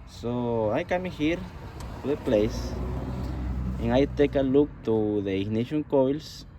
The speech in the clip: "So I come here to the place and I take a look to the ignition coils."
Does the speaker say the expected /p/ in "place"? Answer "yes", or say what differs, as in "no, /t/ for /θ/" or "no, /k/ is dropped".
yes